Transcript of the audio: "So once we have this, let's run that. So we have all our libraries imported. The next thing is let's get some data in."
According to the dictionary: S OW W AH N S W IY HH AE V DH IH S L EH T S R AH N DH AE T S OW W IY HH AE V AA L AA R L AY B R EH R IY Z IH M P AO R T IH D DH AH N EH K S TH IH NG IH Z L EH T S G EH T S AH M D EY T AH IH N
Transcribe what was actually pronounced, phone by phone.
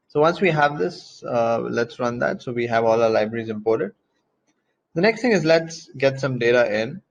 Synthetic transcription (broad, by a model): S OW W AH N S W IY HH AE V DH IH S L EH T S R AH N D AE T S OW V IY HH AE V AA L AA L AY B R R IY Z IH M P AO R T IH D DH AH N EH K S T IH NG IH Z L EH T S G EH T S AH M D EY T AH IH N